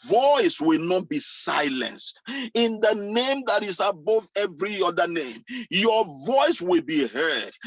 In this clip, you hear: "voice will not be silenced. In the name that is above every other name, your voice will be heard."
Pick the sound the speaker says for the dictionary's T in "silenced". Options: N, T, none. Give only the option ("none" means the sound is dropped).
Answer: T